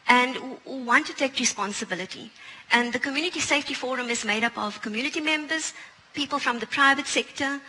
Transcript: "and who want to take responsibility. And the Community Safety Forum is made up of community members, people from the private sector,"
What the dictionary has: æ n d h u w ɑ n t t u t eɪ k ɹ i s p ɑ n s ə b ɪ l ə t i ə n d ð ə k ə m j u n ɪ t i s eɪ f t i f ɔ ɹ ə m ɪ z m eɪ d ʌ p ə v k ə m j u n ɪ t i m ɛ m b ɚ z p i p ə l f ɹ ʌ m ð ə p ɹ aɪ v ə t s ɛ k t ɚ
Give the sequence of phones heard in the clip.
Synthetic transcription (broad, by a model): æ n d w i w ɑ n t t u t eɪ k ɹ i s p ɑ n s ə b ɪ l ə t i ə n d ð ə k ə m j u n ɪ t i s eɪ f t i f ɔ ɹ ə m ɪ z m eɪ d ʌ p ə v k ə m j u n ɪ t i m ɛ m b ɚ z p i p ə l f ɹ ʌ m ð ə p ɹ aɪ v ə t s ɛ k t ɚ